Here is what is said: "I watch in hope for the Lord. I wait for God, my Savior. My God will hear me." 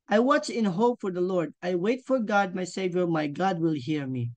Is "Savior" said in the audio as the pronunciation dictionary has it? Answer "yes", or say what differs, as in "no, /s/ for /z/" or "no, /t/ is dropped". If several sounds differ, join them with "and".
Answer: yes